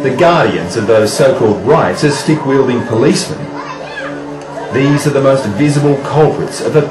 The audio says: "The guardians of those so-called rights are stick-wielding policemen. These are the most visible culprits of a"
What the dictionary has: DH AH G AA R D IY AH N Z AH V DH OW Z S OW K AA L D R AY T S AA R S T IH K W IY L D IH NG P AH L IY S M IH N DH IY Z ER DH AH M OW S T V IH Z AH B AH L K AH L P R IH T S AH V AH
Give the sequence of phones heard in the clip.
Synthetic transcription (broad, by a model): DH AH G AA R D IY AH N Z AH V DH OW Z S OW K AA L D R AY T S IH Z S T IH K W IY L D IH NG P AH L IY S M IH N DH IY Z ER DH AH M OW S T V IH Z AH B AH L K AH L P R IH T S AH V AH